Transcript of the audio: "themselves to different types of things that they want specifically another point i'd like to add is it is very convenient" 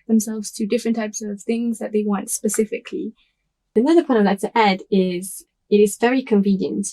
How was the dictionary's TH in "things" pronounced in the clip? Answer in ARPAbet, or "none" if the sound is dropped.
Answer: TH